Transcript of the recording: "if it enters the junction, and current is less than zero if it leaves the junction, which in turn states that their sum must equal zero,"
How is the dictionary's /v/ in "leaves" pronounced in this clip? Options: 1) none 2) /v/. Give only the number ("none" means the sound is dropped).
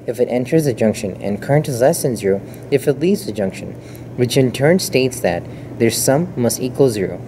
1